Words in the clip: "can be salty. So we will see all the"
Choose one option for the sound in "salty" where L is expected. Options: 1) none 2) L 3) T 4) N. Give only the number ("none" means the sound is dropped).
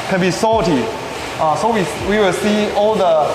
1